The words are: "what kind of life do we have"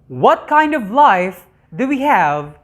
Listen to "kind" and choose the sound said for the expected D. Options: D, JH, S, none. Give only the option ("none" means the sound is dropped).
D